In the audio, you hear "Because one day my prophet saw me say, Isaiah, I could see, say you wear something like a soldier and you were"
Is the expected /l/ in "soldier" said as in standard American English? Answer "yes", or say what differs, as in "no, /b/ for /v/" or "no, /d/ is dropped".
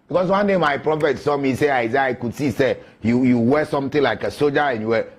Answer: no, /l/ is dropped